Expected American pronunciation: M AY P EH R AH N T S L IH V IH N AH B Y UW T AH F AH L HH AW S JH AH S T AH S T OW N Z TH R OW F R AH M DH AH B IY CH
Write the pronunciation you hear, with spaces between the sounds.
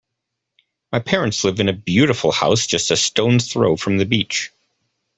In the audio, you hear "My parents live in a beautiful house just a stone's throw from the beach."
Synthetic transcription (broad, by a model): M AY P EH R AH N T S L IH V IH N AH B Y UW T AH F L HH AW S JH AH S T AH S T OW N TH R OW F R AH M DH AH B IY CH